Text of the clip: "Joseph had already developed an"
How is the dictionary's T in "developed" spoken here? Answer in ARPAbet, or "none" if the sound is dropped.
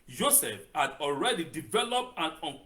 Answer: T